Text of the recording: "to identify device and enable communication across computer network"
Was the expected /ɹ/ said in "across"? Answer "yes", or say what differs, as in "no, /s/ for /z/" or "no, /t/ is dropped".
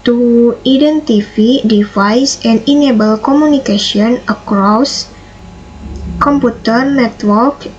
yes